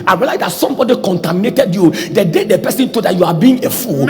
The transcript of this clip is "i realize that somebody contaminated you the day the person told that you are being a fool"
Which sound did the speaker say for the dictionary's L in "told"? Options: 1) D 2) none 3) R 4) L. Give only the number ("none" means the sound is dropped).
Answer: 2